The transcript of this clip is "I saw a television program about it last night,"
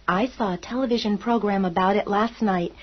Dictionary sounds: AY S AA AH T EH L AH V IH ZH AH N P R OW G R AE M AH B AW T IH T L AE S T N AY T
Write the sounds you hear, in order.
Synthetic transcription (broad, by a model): AY S AA AH T EH L AH V IH ZH AH N P R OW G R AE M AH B AW T IH T L AE S T N AY T